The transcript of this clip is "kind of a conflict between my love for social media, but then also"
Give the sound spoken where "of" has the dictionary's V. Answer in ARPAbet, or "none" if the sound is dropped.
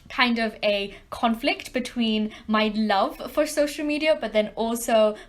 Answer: V